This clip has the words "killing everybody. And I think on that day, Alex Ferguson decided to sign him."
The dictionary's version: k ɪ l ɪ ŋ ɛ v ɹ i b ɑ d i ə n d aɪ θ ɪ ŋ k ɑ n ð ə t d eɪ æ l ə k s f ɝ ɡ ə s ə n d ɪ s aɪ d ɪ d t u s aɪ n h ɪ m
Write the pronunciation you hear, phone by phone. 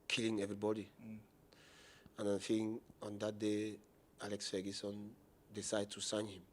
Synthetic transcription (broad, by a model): k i l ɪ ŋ ɛ v ɹ i b ɑ d i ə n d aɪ f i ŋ ɑ n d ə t d eɪ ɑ l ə k s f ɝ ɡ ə s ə n d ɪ s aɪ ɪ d t u s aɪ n h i m